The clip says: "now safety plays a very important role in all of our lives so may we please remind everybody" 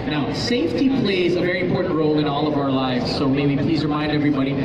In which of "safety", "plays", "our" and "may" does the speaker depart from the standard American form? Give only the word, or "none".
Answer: none